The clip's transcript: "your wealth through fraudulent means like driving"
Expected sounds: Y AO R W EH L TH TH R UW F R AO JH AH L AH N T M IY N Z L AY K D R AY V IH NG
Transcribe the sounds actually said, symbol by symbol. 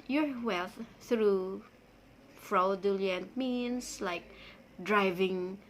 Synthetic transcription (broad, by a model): Y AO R W EH L TH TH R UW F R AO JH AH L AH N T M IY N S L AY K D R AY V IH NG